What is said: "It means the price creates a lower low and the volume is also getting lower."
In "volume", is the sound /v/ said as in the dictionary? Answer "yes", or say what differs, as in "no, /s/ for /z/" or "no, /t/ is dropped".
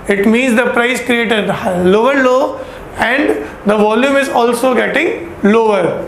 yes